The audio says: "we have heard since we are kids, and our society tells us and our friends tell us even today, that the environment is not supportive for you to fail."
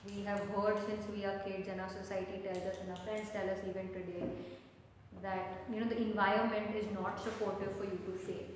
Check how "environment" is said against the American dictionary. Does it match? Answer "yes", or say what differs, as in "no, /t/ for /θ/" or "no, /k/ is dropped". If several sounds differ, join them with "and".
yes